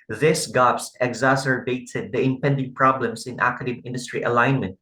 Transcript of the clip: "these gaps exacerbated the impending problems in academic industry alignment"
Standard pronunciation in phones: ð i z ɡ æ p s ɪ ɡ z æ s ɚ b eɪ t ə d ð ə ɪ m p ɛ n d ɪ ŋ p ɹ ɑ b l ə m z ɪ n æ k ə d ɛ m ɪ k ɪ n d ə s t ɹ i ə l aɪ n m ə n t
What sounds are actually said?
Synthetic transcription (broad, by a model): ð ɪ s ɡ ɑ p s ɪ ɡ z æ s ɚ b eɪ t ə d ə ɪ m p ɛ n d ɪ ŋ p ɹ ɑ b l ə m s ɪ n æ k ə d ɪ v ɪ n d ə s t ɹ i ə l aɪ n m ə n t